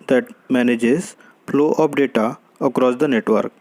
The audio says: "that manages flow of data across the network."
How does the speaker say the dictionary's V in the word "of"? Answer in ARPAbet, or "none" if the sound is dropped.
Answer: P